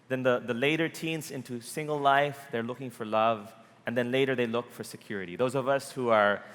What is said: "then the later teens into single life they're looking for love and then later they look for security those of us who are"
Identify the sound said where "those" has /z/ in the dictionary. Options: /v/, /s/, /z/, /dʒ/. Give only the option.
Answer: /z/